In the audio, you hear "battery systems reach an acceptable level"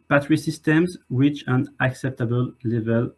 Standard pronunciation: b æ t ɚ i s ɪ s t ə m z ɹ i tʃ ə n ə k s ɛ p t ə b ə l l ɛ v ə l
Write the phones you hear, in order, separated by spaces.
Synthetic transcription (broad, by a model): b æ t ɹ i s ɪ s t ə m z w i tʃ ə n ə k s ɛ p t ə b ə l l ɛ v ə l